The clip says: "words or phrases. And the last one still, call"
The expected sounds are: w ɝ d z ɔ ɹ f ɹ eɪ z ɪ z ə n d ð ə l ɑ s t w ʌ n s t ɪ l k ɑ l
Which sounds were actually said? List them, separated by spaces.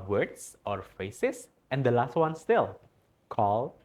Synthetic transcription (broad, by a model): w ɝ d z ɔ ɹ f eɪ s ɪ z ə n d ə l ɑ s t w ʌ n s t ɪ l k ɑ l